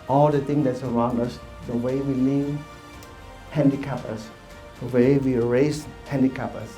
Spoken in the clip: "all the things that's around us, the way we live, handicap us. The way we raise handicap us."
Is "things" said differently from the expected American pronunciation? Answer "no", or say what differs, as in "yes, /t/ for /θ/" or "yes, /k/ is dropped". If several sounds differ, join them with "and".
yes, /t/ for /θ/